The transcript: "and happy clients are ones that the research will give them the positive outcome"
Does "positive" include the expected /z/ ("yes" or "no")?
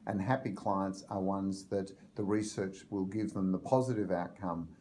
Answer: yes